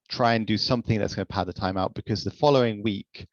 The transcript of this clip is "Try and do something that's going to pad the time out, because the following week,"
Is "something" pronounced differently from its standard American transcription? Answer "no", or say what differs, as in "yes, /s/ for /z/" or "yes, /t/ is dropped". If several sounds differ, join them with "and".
no